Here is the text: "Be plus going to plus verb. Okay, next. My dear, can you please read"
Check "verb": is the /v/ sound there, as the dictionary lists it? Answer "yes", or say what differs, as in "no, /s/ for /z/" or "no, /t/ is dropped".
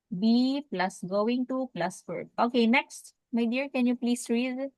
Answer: no, /f/ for /v/